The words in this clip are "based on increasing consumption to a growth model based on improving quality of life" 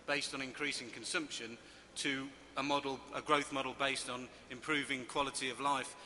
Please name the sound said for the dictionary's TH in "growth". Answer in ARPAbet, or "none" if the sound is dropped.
TH